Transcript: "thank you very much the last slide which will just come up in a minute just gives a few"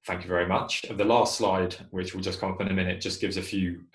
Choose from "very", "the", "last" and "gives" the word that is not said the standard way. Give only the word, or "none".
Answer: none